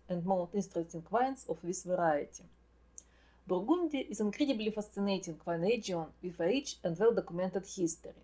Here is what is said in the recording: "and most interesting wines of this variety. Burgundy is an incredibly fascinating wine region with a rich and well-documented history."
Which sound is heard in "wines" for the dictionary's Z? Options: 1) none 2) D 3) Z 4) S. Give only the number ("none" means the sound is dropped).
4